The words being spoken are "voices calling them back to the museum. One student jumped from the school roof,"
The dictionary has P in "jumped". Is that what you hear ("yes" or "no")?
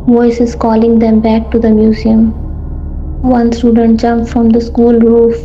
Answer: no